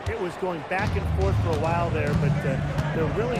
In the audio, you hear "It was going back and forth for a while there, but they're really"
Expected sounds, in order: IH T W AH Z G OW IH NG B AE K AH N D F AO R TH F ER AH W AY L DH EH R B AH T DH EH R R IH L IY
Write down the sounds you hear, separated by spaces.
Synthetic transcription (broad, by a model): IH T W AH Z G OW IH NG B AE K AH N F AO R TH F ER AH W AY L DH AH R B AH T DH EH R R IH L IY